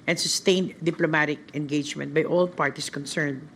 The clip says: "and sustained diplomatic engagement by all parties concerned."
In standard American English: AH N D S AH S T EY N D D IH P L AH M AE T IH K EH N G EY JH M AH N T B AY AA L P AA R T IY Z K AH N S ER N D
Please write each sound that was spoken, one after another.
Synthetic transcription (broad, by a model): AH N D S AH S T EY N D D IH P L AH M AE T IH K EH N G EY JH M AH N T B AY AA L P AA R T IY S K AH N S ER N D